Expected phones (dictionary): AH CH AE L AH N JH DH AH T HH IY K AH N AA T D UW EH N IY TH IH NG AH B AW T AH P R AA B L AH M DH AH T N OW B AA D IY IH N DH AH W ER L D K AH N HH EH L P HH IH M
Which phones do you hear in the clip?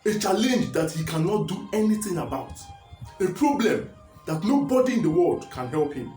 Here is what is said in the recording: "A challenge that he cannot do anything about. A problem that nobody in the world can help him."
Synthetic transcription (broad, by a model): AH CH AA L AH N JH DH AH T HH IY K AH N AA T D UW EH N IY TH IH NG AH B AW T AH P R AA B L AH M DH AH T N OW B AA D IY IH N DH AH W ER L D K AH N HH EH L P HH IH M